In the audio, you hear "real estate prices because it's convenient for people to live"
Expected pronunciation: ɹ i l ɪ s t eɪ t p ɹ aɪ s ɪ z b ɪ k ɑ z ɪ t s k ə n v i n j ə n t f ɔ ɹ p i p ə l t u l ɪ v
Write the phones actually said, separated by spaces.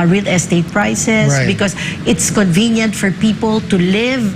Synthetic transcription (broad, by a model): ɹ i l ɪ s t eɪ t p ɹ aɪ s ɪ s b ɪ k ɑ s ɪ t s k ə n v i n j ə n t f ɔ ɹ p i p ə l t u l ɪ v